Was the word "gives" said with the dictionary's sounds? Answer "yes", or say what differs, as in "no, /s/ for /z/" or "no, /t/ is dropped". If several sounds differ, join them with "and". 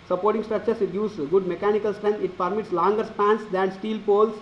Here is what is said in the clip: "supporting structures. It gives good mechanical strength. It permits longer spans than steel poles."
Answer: no, /v/ is dropped